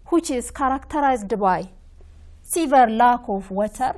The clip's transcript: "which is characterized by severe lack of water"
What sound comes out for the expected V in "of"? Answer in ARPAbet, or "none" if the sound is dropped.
F